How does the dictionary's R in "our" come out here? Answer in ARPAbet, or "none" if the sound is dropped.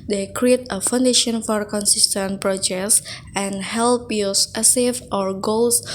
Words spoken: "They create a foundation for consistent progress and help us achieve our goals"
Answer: R